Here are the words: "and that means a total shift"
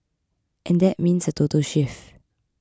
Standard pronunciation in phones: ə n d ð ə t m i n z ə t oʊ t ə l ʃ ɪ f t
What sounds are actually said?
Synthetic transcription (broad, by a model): ə n d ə t m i n s ə t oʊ t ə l ʃ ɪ f